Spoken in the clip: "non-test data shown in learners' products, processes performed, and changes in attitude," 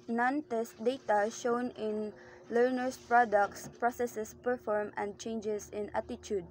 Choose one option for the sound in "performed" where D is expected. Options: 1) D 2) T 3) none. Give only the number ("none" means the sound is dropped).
3